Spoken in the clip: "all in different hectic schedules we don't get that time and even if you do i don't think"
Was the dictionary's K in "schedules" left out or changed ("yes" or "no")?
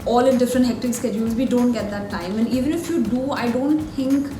no